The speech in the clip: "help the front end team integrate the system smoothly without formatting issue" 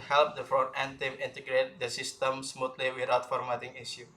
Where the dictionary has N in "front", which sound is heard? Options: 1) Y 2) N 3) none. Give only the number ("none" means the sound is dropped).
3